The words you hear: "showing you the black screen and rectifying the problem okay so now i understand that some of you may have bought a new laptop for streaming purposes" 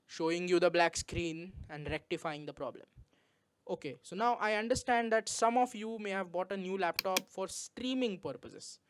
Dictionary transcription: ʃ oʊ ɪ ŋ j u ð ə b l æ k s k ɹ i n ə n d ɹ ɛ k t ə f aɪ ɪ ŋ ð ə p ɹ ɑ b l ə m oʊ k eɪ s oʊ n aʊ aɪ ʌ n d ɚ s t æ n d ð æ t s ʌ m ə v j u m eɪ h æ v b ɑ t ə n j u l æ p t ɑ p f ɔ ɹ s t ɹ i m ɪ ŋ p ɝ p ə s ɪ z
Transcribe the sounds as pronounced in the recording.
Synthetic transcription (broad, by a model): ʃ oʊ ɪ ŋ j u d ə b l æ k s k ɹ i n ə n d ɹ ɛ k t ə f aɪ ɪ ŋ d ə p ɹ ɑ b l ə m oʊ k eɪ s oʊ n aʊ aɪ ʌ n d ɚ s t æ n d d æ t s ʌ m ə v j u m eɪ h æ v b ɑ t ə n j u l æ p t ɑ p f ɔ ɹ s t ɹ i m ɪ ŋ p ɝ p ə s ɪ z